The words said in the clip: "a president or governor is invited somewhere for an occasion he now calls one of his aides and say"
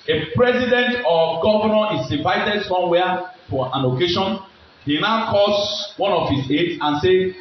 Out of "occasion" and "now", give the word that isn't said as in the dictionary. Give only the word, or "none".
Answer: occasion